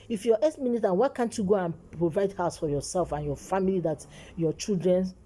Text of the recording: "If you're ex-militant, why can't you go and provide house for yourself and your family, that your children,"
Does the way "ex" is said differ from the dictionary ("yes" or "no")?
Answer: yes